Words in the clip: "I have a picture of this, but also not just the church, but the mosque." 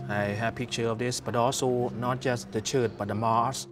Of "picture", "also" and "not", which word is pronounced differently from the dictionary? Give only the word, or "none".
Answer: none